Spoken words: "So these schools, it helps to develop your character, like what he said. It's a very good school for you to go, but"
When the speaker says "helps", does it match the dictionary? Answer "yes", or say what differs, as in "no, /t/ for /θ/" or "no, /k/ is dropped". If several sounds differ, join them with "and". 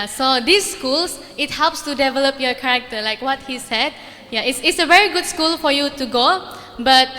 yes